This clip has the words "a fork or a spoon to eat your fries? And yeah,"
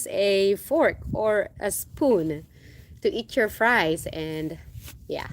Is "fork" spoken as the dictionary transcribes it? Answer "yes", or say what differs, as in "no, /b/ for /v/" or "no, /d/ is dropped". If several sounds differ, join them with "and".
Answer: yes